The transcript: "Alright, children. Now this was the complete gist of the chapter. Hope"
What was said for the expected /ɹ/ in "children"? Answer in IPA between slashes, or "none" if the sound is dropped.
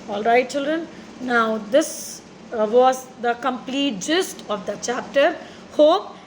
/ɹ/